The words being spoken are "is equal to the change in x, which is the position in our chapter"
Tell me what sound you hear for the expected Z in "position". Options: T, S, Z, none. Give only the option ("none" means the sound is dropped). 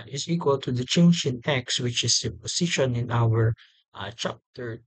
S